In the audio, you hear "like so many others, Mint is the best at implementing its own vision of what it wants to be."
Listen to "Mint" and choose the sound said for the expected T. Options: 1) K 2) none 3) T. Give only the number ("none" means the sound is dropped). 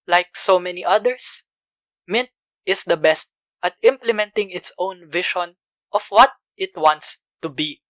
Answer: 3